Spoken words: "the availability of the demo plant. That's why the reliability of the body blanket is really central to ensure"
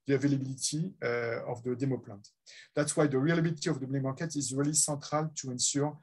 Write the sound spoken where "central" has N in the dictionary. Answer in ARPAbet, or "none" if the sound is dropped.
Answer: none